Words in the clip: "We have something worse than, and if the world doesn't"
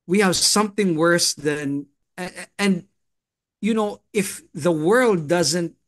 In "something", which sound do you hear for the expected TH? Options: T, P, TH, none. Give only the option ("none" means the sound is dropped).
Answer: TH